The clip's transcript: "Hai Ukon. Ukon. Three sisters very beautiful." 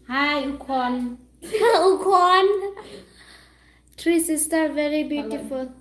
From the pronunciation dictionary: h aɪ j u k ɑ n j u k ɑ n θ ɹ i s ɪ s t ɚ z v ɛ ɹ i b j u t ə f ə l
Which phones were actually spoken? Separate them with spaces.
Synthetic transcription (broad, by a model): h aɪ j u k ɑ n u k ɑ n t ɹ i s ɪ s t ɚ v ɛ ɹ i b j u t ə f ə l